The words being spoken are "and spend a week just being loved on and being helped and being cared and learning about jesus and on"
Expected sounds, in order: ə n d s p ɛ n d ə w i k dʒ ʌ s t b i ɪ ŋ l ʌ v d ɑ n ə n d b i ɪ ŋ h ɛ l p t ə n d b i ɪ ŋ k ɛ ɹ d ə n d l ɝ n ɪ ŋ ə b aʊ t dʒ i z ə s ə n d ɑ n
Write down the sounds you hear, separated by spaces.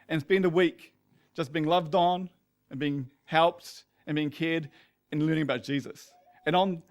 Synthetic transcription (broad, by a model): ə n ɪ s b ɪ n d ə w i k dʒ ʌ s b i ɪ ŋ l ʌ v d n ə n b i ɪ ŋ h ɛ l p t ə n b i ɪ ŋ k ɛ ɹ d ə n l ɝ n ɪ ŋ ə b aʊ t dʒ i z ə s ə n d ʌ n